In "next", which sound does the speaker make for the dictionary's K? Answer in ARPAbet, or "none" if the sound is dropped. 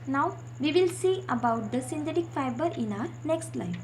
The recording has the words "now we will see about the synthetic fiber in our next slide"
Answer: K